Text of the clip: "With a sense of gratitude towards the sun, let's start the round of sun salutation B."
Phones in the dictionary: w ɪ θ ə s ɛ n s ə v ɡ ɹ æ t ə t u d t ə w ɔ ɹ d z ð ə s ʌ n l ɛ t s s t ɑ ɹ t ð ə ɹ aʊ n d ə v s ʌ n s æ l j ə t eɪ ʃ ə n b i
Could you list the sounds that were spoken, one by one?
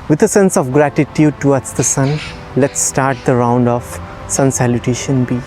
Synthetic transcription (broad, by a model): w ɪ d ə s ɛ n s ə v ɡ ɹ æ t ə t u d t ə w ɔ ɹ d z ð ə s ʌ n l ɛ t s s t ɑ ɹ t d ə ɹ aʊ n d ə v s ʌ n s æ l j ə t eɪ ʃ ə n b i